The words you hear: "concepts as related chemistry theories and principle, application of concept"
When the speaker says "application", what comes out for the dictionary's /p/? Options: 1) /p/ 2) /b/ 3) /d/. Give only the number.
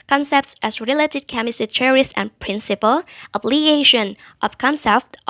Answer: 2